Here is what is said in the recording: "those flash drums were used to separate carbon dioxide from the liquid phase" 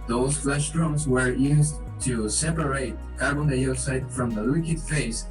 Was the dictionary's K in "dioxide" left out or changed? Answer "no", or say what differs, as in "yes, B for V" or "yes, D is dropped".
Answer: yes, K is dropped